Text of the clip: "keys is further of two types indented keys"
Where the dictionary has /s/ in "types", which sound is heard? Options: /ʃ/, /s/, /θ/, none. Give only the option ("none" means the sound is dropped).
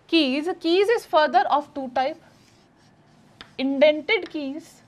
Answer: none